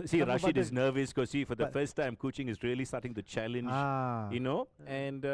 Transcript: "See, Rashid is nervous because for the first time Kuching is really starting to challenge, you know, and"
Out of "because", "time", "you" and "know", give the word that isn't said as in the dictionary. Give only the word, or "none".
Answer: because